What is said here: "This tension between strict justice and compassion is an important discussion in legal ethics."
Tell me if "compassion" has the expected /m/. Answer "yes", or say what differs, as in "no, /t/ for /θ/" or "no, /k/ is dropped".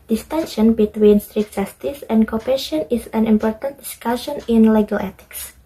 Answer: no, /m/ is dropped